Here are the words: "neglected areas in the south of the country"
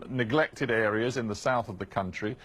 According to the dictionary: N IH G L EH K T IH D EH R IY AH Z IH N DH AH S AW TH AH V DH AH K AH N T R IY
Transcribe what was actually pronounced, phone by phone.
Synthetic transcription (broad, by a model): N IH G L EH K T IH D EH R IY AH Z IH N DH AH S AW TH AH V DH AH K AH N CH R IY